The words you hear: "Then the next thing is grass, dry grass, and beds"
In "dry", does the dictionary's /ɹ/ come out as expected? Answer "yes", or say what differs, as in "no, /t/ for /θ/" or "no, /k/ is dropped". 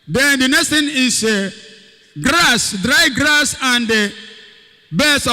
yes